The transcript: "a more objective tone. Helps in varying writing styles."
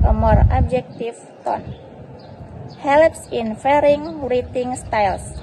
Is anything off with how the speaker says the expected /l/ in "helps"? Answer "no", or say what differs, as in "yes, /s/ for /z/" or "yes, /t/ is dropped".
no